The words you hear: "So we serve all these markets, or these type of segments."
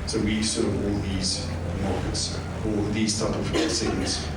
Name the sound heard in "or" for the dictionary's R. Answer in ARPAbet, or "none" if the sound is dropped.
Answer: L